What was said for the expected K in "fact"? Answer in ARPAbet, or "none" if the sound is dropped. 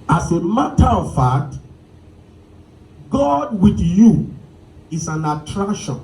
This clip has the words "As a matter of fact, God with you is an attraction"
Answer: none